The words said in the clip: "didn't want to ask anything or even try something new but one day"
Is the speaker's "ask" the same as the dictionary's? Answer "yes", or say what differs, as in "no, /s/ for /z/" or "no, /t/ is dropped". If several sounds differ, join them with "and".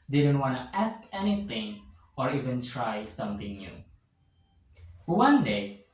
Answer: yes